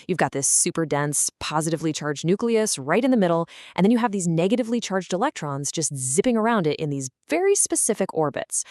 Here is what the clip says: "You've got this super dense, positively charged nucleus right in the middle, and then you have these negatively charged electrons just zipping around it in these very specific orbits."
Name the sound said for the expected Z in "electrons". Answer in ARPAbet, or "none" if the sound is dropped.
Z